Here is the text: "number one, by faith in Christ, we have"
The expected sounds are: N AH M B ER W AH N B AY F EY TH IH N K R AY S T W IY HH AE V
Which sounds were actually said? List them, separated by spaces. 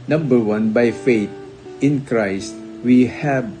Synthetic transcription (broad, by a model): N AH M B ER W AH N B AY F EY T IH N K R AY S T W IY HH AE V